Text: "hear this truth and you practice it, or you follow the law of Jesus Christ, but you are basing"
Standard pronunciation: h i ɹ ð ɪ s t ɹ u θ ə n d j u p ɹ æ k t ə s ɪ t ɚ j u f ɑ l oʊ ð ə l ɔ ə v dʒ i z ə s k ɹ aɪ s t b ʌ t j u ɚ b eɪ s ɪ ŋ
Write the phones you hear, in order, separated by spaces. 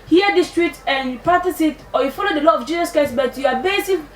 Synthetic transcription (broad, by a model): h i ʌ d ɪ s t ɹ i t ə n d j u p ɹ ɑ t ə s ɪ t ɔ j u f ɑ l oʊ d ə l ɔ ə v dʒ i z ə s k ɹ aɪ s b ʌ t j u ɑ b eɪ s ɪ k